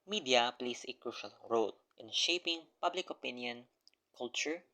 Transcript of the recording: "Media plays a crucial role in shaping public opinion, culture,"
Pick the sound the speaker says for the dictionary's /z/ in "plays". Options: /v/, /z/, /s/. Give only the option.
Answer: /s/